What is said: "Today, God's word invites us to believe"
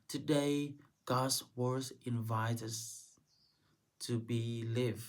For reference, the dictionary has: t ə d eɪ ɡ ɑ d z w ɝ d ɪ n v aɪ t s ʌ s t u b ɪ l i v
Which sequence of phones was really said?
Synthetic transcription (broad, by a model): t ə d eɪ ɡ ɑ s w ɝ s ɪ n v aɪ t ʌ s t u b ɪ l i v